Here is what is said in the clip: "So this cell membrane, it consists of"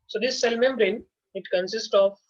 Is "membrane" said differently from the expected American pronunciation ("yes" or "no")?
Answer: no